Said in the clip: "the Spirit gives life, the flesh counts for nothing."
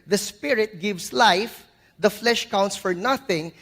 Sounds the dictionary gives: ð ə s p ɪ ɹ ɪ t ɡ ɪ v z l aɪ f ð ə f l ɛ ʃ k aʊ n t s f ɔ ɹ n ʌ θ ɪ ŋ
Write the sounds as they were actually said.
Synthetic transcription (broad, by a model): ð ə s p ɪ ɹ ɪ t ɡ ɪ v s l aɪ f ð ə f l ɛ ʃ k aʊ n t s f ɔ ɹ n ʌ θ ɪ ŋ